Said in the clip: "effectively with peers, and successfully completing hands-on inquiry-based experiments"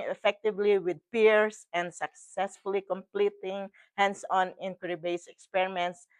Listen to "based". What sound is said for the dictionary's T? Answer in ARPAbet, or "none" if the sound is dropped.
none